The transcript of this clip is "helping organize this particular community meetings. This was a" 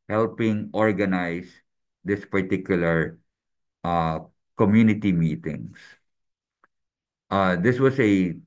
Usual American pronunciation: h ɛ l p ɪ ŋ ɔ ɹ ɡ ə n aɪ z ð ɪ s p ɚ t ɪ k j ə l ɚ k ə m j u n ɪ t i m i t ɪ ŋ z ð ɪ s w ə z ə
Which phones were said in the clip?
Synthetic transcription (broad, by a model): h ɛ l p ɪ ŋ ɔ ɹ ɡ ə n aɪ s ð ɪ s p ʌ t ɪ k j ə l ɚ k ə m j u n ɪ t i m i t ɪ ŋ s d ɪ s w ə s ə